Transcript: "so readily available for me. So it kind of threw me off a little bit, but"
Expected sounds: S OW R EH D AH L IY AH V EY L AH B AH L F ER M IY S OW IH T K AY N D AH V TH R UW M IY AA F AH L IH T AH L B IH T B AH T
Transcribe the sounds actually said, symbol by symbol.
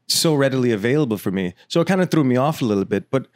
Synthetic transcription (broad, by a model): S OW R EH D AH L IY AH V EY L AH B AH L F ER M IY S OW IH T K AY N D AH TH R UW M IY AA F AH L IH T L B IH T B AH T